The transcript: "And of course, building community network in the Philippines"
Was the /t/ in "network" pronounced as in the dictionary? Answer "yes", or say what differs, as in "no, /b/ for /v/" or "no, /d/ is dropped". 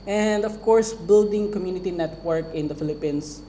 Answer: yes